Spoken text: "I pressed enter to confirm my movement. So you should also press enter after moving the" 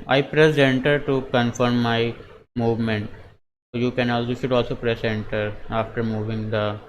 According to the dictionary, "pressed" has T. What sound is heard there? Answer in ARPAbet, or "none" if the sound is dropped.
none